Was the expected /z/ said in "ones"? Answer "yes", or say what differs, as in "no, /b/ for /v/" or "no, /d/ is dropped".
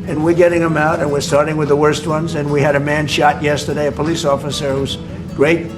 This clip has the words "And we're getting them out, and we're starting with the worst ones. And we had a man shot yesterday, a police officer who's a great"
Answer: yes